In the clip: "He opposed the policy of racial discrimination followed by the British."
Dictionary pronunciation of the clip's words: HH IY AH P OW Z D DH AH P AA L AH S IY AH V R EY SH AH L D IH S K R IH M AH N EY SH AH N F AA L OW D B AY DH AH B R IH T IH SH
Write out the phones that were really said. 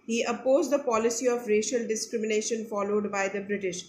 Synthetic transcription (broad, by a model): HH IY AH P OW Z D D AH P AA L AH S IY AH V R EY SH AH L D IH S K R IH M AH N EY SH AH N F AA L OW D B AY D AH B R IH T IH SH